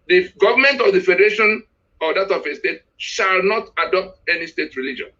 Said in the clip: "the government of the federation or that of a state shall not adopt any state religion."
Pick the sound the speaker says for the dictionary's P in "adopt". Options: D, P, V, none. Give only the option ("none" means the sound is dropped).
P